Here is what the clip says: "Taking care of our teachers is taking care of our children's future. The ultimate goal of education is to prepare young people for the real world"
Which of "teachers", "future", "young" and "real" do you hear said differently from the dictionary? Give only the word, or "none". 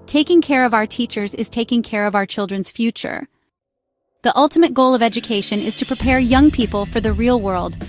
none